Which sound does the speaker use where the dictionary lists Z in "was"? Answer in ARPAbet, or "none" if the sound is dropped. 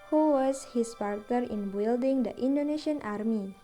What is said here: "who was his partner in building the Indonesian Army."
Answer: S